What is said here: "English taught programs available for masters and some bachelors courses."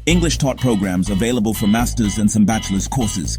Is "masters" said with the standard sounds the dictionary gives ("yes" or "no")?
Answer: yes